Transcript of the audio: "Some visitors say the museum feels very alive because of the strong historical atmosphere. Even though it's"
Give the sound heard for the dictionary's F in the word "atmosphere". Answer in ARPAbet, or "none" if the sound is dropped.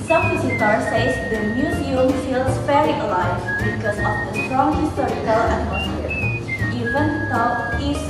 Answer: none